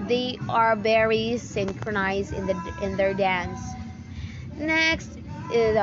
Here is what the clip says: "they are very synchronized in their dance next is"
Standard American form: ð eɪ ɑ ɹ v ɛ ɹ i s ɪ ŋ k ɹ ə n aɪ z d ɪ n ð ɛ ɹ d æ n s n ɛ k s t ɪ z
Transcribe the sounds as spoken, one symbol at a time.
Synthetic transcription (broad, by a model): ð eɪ ɑ ɹ b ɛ ɹ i s ɪ ŋ k ɹ ə n aɪ z d ɪ n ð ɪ ɹ d æ n s n ɛ k s t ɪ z